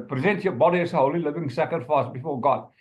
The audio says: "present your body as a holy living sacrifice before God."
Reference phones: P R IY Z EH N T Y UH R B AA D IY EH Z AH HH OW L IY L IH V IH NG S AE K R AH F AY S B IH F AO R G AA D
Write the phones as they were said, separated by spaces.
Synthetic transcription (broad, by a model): P R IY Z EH N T Y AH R B AA D IY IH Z AH HH OW L IY L IH V IH NG S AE K AH F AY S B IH F AO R G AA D